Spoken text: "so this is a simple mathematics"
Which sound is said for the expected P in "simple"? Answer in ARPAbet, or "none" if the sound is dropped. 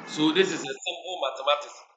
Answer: B